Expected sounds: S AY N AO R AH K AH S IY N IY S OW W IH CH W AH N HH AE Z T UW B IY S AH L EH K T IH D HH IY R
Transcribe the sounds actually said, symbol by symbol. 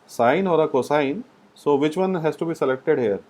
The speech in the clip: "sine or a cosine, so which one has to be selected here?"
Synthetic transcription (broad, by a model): S AY N AO R AH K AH S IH N S OW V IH CH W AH N HH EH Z T UW B IY S AH L EH K T IH D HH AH R